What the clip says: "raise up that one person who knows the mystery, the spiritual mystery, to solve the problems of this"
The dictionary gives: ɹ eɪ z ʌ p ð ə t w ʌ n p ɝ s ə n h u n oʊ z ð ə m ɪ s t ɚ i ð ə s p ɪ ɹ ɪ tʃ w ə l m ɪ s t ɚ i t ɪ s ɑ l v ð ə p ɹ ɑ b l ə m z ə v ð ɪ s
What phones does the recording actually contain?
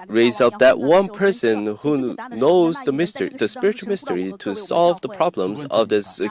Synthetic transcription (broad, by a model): ɹ eɪ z ʌ p ð ə t w ʌ n p ɝ s ə n h u n oʊ z ð ə m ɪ s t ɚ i ð ə s p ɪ ɹ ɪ tʃ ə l m ɪ s t ɚ i t ɪ s ɑ l v ð ə p ɹ ɑ b l ə m z ə v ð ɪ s